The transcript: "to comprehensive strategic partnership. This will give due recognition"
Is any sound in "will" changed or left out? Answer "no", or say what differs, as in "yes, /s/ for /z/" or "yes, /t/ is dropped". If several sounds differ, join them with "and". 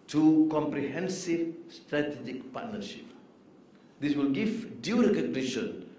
no